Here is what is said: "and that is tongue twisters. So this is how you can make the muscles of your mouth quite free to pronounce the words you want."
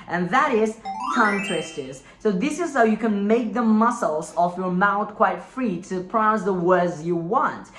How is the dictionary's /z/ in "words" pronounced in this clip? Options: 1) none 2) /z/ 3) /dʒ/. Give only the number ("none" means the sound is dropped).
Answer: 2